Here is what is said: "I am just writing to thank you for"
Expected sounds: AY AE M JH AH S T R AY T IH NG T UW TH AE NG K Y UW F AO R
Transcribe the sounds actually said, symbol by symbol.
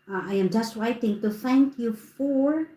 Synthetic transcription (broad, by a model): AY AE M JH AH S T W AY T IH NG T UW TH AE NG K Y UW F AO R